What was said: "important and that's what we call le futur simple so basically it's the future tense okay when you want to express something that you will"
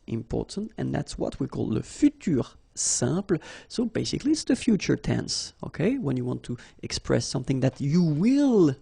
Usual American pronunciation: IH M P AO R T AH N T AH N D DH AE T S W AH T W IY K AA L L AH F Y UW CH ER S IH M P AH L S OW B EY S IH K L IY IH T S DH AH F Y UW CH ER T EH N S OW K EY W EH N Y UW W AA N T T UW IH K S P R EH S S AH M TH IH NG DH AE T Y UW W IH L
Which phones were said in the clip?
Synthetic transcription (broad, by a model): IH M P AO R T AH N T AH N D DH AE T S W AH T W IY K AA L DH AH F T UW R S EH P L S OW B EY S IH K L IY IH T S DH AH F Y UW CH ER T EH N S OW K EY W EH N Y UW W AA N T T UW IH K S P R EH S S AH M TH IH NG DH AE T Y UW W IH L